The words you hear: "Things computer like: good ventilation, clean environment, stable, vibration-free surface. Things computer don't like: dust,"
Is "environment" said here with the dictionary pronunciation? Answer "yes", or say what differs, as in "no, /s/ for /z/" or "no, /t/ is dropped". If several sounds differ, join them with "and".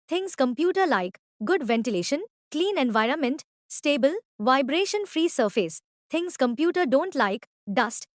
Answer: yes